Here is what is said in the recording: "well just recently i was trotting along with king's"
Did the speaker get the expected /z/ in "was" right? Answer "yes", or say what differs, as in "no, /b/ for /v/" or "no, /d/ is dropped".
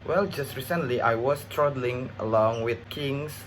no, /s/ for /z/